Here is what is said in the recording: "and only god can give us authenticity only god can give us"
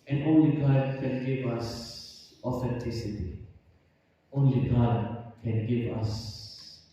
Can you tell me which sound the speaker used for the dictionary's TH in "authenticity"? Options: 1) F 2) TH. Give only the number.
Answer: 1